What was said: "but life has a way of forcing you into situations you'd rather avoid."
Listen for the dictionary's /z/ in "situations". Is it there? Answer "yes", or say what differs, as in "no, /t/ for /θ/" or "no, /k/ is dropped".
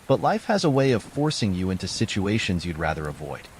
yes